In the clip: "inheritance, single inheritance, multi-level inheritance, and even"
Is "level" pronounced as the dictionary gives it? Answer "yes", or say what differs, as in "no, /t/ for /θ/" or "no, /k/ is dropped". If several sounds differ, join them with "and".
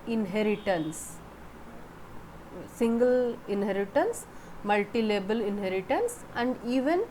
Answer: no, /b/ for /v/